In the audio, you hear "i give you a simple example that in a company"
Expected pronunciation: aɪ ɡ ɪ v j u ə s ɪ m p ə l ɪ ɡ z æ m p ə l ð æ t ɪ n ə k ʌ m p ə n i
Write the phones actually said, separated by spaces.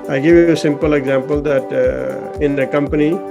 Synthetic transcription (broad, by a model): aɪ ɡ ɪ v j u ə s ɪ m p ə l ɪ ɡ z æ m p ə l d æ t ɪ n ə k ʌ m p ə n i